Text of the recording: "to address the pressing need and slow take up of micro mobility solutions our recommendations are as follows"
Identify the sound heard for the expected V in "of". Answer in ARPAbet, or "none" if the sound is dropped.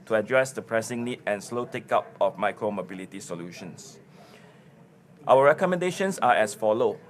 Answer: F